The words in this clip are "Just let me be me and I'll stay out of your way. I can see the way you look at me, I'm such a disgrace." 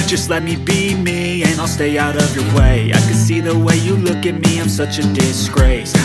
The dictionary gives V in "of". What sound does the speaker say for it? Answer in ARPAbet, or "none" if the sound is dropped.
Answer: V